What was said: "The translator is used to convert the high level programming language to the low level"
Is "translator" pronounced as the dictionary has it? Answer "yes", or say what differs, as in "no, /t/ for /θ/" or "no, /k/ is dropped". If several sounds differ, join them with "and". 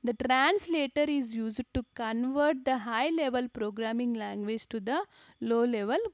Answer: yes